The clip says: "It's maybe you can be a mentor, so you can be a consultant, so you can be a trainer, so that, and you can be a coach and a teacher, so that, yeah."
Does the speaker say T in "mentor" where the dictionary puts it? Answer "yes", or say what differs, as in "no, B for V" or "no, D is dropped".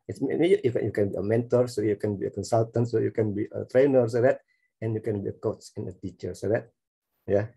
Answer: yes